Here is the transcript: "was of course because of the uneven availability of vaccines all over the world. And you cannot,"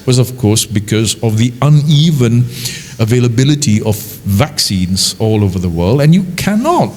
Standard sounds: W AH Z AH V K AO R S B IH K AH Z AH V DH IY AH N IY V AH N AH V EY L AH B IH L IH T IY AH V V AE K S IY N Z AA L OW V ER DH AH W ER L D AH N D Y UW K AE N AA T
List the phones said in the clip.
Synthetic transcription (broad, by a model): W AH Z AH V K AO R S B IH K AH Z AH V DH IY AH N IY V AH N AH V EY L AH B IH L IH T IY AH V V AE K S IY N Z AA L OW V ER DH AH W ER L D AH N Y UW K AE N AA T